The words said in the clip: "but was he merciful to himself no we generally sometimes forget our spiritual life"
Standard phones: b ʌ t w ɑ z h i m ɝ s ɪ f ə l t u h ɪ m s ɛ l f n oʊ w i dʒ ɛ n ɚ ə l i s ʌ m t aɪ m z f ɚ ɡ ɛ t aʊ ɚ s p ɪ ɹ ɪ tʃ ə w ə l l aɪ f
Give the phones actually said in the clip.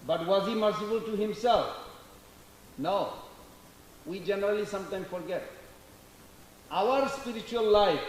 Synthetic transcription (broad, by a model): b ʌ t w ɑ z h i m ɝ s ɪ f ə l t u h ɪ m s ɛ l f n oʊ w i dʒ ɛ n ɚ ə l i s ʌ m t aɪ m f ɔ ɡ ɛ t aʊ ɚ s p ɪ ɹ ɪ tʃ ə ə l l aɪ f